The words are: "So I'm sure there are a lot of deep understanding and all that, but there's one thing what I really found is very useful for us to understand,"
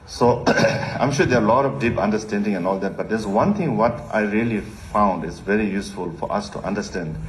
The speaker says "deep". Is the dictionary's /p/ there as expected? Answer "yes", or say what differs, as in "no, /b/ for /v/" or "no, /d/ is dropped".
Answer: yes